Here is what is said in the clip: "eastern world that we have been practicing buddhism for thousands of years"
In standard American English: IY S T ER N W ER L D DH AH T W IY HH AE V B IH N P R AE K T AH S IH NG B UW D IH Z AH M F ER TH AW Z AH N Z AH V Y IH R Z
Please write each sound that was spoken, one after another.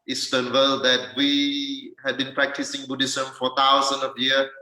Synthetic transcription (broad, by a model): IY S T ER N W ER L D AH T W IY HH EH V B IH N P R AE K T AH S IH NG B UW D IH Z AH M F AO T AW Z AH N AH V Y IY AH